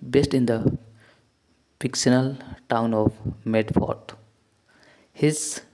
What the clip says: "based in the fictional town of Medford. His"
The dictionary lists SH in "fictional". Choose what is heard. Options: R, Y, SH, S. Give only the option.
S